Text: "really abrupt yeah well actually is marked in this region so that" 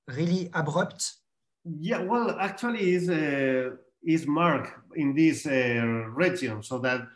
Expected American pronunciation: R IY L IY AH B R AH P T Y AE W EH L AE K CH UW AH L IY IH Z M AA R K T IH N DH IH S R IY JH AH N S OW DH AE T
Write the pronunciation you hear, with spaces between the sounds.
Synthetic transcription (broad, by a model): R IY L IY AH B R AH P T Y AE W EH L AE K CH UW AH L IY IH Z M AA R K IH N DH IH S R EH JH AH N S OW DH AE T